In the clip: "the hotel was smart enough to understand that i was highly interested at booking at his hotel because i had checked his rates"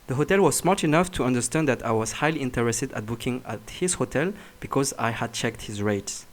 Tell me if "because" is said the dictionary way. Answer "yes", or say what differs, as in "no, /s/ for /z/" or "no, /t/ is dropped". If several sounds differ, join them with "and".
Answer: yes